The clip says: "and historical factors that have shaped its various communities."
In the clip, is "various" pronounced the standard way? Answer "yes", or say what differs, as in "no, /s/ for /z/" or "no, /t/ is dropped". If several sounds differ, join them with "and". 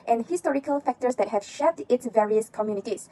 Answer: yes